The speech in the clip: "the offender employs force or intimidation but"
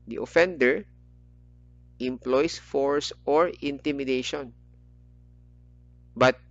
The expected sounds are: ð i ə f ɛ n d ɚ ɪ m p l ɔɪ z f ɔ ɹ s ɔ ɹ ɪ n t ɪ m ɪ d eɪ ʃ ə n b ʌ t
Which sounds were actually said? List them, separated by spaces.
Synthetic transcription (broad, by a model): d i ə f ɛ n d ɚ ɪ m p l ɔɪ s f ɔ ɹ s ɔ ɹ ɪ n t ɪ m ɪ d eɪ ʃ ə n b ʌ t